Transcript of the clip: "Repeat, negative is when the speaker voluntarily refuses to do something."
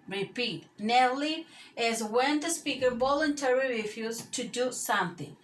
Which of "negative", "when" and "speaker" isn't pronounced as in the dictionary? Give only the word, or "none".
negative